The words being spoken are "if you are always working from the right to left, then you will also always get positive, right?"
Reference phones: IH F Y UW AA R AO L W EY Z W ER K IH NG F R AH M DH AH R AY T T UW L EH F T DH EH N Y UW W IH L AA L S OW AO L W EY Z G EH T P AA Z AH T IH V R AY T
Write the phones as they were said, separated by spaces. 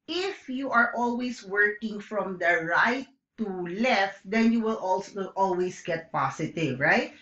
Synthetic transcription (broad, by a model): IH F Y UW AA R AO L W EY S W ER K IH NG F R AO M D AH R AY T T UW L EH F T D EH N Y UW W IH L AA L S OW AO L W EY S G EH T P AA S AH T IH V R AY T